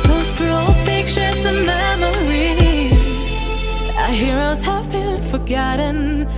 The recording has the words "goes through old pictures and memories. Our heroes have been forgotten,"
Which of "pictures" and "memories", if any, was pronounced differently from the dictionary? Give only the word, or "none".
pictures